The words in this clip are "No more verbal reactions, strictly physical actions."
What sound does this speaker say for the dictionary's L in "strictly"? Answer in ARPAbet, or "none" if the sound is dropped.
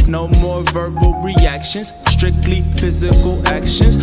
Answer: L